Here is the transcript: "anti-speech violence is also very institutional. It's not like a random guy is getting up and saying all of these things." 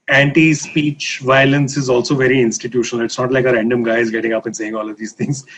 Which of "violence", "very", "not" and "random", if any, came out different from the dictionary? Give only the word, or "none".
none